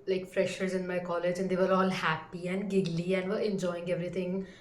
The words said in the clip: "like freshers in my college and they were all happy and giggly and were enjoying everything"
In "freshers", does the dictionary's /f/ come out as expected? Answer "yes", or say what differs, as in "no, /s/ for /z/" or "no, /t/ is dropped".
yes